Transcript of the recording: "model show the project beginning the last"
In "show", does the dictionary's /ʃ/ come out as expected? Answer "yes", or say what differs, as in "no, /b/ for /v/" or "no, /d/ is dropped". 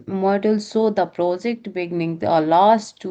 no, /s/ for /ʃ/